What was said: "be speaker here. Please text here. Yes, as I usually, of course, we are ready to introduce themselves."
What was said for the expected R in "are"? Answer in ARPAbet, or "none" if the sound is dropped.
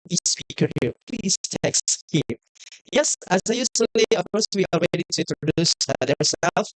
L